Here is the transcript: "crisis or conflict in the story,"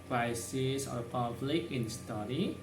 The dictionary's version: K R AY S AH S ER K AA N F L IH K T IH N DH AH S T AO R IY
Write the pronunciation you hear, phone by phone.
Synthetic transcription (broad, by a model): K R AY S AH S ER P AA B L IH K IH N S T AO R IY